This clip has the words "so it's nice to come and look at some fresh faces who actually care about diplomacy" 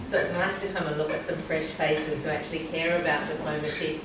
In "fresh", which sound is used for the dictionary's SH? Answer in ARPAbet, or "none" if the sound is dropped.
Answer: SH